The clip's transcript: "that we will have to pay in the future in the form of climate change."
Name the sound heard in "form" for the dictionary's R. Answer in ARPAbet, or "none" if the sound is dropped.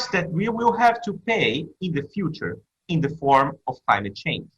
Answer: R